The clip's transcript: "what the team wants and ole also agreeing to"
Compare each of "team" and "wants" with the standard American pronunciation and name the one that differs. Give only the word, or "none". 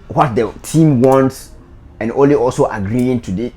none